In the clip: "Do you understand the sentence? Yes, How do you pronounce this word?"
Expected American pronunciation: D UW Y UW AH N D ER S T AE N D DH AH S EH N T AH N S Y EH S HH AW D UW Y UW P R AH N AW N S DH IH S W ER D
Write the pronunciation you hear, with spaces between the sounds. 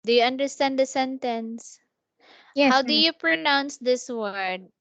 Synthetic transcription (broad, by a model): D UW Y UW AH N D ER S T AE N D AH S EH N T AH N S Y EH HH AW D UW Y UW P R AH N AW N S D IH S W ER D